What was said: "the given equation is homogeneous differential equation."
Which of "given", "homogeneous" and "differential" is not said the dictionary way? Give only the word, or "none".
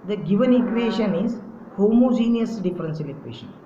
differential